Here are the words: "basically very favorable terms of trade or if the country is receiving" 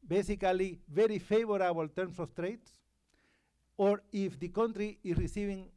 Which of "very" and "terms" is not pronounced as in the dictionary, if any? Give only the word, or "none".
terms